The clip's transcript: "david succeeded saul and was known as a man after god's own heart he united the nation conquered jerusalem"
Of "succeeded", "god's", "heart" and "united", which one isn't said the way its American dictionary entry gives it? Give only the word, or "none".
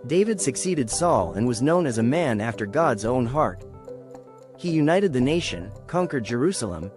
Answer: none